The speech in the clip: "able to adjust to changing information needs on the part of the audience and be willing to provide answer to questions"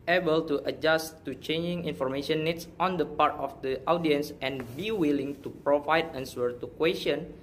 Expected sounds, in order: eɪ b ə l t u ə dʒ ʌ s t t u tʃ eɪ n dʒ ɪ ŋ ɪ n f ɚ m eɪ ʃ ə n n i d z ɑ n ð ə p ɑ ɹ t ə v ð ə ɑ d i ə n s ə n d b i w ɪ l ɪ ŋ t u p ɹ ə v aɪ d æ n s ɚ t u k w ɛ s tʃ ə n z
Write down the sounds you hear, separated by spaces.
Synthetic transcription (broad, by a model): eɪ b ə l t u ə dʒ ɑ s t t u tʃ eɪ n dʒ ɪ ŋ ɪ n f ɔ m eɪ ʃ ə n n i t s ɑ n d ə p ɑ ɹ t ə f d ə ɑ d i ə n s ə n b i w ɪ l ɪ ŋ t u p ɹ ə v aɪ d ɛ n s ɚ t u k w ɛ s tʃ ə n